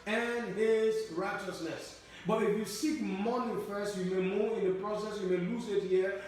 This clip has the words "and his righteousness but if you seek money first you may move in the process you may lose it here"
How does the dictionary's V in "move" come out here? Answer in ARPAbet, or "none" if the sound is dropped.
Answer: none